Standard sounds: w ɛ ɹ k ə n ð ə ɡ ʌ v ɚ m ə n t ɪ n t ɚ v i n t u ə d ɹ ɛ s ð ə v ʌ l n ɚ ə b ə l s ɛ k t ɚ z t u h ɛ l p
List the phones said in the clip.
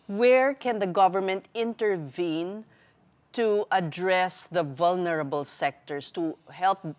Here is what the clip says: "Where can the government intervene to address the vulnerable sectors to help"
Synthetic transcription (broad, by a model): w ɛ ɹ k ə n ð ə ɡ ʌ v ɚ m ə n t ɪ n t ɚ v i n t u ə d ɹ ɛ s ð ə v ʌ l n ɚ ə b ə l s ɛ k t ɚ s t u h ɛ l p